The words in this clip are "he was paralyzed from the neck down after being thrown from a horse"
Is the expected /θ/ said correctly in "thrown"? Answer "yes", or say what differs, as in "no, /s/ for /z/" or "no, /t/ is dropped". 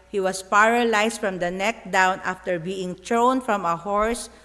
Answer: no, /t/ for /θ/